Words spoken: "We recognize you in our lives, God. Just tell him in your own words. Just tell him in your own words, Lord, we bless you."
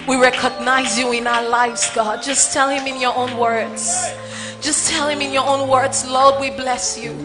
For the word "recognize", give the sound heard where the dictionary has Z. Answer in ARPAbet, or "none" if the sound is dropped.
Z